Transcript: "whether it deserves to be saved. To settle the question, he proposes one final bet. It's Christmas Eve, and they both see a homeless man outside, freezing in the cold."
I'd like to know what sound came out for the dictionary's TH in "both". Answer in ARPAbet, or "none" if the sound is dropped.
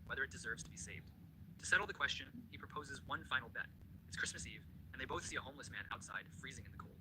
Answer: TH